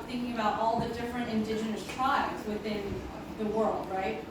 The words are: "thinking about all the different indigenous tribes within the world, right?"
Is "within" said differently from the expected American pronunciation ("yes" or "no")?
no